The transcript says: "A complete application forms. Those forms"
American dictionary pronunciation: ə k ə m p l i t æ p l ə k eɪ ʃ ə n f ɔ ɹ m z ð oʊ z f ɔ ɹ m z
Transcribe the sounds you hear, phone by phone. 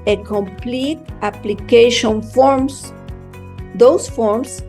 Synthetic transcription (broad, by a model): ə k ə m p l i t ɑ p l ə k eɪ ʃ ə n f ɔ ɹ m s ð oʊ s f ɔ ɹ m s